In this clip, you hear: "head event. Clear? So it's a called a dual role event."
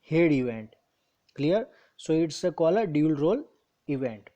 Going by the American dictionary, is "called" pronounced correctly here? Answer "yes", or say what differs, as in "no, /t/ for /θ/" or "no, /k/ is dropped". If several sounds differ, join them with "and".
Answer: no, /d/ is dropped